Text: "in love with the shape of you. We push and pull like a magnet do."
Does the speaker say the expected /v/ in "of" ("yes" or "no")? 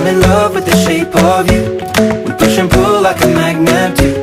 yes